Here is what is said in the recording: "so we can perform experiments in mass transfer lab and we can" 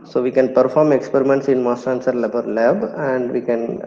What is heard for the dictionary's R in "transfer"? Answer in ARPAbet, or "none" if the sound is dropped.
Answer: none